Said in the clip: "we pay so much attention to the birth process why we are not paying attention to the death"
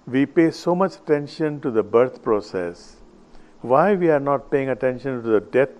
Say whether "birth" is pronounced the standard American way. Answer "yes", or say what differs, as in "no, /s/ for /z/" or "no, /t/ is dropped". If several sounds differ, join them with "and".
no, /t/ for /θ/